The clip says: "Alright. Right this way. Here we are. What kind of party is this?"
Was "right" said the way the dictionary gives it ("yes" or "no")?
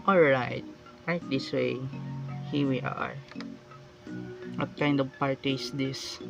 no